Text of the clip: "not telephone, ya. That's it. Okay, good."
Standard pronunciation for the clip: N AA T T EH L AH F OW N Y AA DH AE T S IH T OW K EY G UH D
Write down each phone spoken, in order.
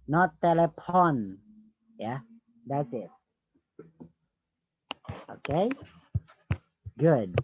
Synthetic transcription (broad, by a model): N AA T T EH L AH P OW N Y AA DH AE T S IH T OW K EY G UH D